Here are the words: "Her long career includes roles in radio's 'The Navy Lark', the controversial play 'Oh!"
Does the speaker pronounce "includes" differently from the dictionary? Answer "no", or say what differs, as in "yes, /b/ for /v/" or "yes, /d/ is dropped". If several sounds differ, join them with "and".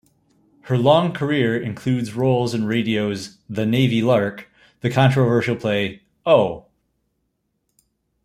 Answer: no